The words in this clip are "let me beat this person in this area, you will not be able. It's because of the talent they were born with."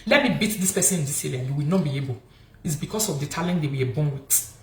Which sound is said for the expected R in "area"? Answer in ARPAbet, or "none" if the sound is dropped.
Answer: L